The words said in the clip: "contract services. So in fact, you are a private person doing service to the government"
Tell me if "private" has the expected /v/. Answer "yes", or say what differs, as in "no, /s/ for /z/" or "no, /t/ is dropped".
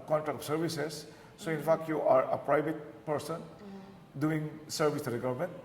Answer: no, /b/ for /v/